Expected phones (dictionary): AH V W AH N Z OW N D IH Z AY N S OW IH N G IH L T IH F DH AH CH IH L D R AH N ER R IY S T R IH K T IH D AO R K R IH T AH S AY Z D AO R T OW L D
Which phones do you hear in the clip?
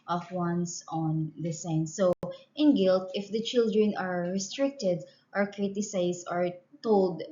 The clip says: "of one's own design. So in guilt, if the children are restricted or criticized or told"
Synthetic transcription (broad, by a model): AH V W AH N S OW N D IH S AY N S OW IH N G IH L T IH F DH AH CH IH L D R AH N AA R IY S T R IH K T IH D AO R K R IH T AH S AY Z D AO R T OW L D